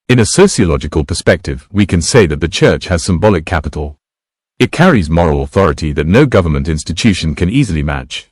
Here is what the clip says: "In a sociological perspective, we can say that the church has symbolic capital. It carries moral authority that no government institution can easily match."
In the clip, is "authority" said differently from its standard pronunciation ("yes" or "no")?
no